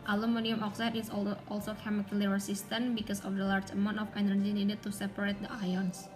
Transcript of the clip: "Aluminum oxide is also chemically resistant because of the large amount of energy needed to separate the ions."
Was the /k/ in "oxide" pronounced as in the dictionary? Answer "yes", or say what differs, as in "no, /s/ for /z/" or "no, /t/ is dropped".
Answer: yes